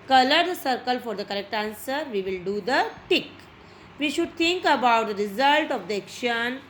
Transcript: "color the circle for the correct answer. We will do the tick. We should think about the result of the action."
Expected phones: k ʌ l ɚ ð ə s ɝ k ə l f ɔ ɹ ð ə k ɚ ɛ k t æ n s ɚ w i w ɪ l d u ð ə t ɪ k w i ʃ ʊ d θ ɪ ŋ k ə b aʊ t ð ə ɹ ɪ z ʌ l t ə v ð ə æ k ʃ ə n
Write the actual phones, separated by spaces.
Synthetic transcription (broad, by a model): k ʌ l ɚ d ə s ɝ k ə l f ɔ ɹ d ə k ɚ ɛ k t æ n s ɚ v i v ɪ l d u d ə t ɪ k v i ʃ ʊ d t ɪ ŋ k ə b aʊ t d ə ɹ ɪ z ʌ l t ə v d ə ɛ k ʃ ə n